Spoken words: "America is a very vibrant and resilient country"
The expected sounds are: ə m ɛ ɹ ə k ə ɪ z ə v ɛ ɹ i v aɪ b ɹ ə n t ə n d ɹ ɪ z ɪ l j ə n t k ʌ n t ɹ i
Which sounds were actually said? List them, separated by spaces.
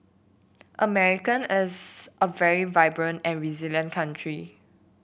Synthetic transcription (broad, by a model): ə m ɛ ɹ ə k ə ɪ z ə v ɛ ɹ i v aɪ b ɹ ə n t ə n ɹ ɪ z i l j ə n k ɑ n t ɹ i